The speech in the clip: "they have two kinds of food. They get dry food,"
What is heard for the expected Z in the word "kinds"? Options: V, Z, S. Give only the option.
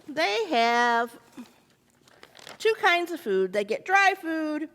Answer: Z